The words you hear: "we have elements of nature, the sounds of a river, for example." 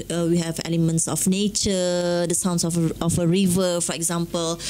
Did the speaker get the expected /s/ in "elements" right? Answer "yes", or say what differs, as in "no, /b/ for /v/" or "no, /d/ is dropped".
yes